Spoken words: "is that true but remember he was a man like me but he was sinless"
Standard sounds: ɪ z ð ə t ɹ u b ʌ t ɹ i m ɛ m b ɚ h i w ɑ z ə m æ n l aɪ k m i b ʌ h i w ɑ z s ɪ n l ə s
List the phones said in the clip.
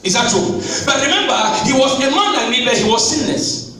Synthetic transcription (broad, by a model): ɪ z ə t u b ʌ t ɹ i m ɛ m b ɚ h i w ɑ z ə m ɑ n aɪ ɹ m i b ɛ h i w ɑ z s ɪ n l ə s